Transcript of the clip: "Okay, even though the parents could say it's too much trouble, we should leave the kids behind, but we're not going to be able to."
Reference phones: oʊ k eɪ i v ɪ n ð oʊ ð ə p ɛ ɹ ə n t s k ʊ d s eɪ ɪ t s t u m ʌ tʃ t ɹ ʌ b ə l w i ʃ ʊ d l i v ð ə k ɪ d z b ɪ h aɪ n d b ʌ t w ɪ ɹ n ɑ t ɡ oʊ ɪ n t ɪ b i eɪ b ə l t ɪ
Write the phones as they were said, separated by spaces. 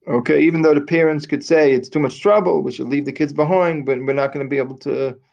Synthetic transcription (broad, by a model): oʊ k eɪ i v ɪ n ð oʊ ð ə p ɛ ɹ ə n t s k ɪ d s eɪ ɪ t s t u m ʌ tʃ t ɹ ʌ b l w i ʃ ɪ d l i v ð ə k ɪ d z b ɪ h aɪ n d b ʌ t w ɪ ɹ n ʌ t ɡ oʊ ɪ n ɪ b i eɪ b l t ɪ